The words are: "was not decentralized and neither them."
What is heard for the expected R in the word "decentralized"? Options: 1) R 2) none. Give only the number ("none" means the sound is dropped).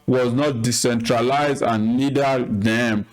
1